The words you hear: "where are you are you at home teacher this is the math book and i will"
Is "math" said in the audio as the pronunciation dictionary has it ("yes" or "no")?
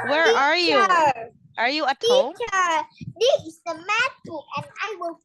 no